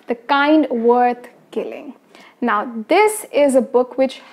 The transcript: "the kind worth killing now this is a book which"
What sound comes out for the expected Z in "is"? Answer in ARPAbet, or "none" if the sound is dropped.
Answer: Z